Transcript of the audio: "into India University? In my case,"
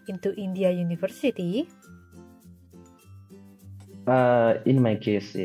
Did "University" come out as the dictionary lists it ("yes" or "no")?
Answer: no